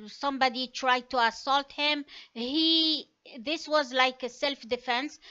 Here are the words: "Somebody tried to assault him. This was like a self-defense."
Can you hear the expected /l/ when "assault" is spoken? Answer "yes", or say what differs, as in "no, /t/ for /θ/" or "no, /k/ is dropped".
yes